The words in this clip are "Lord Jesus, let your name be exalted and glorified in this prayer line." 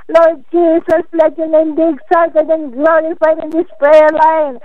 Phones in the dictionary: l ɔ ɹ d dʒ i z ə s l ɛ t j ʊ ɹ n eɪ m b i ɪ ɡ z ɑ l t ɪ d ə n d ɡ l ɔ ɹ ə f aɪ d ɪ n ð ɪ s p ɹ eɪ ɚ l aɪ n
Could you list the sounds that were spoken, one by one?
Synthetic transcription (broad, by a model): l ɔ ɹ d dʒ i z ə s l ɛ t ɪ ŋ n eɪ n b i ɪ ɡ s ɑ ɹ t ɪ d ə n ɡ l ɔ ɹ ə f aɪ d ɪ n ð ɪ s p ɹ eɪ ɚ l aɪ n